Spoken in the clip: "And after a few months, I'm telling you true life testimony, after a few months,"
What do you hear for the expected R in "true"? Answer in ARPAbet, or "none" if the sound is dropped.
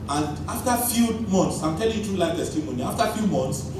none